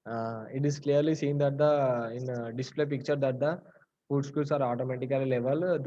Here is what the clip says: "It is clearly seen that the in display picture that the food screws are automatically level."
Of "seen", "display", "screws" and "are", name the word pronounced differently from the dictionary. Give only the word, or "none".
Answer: screws